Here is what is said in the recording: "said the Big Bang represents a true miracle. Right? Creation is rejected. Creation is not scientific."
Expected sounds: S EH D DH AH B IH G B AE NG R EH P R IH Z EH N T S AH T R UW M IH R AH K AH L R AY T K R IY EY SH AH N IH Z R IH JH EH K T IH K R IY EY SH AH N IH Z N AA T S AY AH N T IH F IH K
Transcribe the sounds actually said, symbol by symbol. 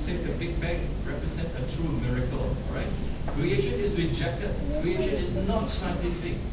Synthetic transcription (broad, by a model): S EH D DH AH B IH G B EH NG R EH P R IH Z EH N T AH T R UW M IH R AH K AH L R AY T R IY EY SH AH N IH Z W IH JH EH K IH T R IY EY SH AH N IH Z N AA T S AY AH N T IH F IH K